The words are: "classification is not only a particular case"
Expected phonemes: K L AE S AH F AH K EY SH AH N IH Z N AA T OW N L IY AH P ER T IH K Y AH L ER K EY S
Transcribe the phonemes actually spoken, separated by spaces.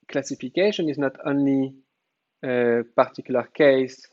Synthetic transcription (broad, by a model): K L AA S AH F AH K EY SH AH N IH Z N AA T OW N IY AH P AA T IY K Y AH L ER K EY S